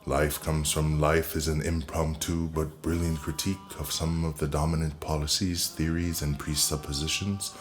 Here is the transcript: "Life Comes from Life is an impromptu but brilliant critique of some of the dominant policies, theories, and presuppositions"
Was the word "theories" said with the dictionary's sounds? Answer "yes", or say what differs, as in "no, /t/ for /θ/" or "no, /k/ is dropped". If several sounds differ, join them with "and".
yes